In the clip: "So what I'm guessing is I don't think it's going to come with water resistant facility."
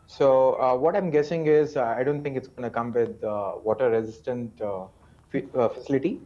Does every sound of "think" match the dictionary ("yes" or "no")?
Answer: no